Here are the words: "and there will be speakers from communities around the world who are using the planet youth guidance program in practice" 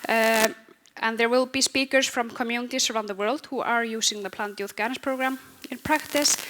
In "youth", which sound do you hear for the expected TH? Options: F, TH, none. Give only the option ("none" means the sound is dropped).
F